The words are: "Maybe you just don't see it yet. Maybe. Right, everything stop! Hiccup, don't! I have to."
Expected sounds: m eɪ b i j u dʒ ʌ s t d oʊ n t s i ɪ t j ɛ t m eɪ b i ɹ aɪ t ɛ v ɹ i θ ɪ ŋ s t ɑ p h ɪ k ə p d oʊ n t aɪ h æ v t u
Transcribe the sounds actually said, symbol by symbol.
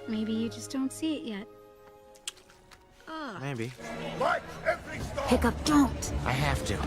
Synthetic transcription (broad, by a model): m eɪ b i j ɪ dʒ ʌ s d oʊ n t s i ɪ t j ɛ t m eɪ b i w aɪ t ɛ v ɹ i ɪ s p ɪ k ə p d oʊ n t aɪ h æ f t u